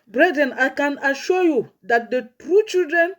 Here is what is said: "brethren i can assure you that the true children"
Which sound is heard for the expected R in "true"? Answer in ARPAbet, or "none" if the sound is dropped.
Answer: R